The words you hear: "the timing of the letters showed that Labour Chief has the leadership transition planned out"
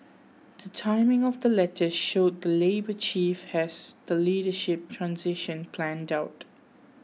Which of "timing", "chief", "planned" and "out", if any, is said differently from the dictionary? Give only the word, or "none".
none